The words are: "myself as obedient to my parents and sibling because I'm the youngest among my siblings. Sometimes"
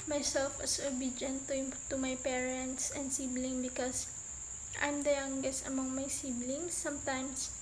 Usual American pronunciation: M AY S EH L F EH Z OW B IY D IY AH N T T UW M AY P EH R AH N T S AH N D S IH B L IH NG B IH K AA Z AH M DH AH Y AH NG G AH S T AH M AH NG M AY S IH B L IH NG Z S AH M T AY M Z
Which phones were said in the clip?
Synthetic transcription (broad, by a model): M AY S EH L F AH S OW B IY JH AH N T T UW M AY P EH R AH N T S AH N D S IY B L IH NG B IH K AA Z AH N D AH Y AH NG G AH S AH M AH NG M AY S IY B L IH NG S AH M T AY M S